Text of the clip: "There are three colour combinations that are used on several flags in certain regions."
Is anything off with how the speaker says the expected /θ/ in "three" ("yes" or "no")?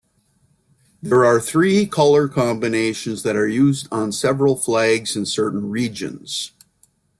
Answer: no